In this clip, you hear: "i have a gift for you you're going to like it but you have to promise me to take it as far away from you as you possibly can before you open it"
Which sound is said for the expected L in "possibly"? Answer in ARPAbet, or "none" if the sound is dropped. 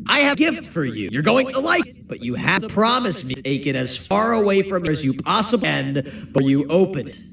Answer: none